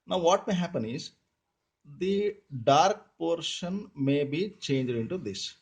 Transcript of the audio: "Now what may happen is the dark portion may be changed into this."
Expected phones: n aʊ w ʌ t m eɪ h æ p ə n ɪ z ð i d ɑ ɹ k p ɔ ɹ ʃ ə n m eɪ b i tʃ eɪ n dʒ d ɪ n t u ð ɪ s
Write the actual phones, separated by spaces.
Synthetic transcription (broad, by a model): n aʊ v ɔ t m eɪ h æ p ə n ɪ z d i d ɑ ɹ k p ɔ ɹ ʃ ə n m eɪ b i tʃ eɪ n dʒ d ɪ n t u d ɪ s